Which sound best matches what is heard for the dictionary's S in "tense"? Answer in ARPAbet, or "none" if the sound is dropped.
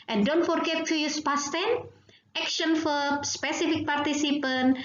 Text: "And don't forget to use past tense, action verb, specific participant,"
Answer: none